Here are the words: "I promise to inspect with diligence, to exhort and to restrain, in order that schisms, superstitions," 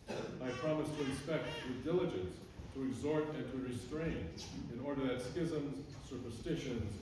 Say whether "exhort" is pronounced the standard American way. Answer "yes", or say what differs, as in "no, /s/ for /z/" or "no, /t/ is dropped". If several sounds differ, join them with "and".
yes